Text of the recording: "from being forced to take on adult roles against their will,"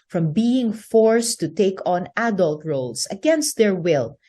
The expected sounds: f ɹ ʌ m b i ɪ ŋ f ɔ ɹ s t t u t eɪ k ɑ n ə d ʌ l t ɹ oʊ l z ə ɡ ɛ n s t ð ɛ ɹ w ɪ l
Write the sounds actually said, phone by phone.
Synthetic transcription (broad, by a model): f ɹ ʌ m b i ɪ ŋ f ɔ ɹ s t t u t eɪ k ɑ n ə d ʌ l t ɹ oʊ l s ə ɡ ɛ n s t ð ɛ ɹ w ɪ l